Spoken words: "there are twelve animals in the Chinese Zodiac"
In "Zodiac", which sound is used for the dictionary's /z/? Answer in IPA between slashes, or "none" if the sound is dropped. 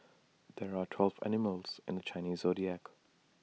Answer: /z/